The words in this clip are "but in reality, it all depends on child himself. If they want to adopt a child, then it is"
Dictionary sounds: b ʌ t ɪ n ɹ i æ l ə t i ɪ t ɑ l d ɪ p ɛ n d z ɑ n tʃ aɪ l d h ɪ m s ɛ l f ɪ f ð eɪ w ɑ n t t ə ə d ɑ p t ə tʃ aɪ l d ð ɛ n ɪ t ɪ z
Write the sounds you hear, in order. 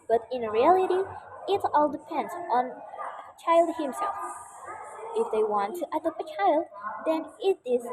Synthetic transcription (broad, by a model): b ʌ t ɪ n ɹ i æ l ə t i ɪ t ɑ l d ɪ p ɛ n d z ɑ n tʃ aɪ l d h ɪ m s ɛ l f ɪ f ð eɪ w ɑ n t t ə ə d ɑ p ə tʃ aɪ l d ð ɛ n ɪ t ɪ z